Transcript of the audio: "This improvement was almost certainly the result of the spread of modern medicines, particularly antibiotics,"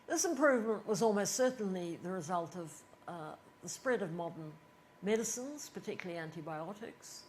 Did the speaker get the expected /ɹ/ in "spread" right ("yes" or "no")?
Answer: yes